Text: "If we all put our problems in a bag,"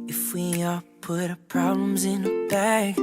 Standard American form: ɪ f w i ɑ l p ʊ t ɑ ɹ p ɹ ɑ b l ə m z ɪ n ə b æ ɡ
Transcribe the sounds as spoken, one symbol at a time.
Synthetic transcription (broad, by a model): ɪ f w i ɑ p ʊ t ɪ p ɹ ɑ b l ə m z ɪ n ə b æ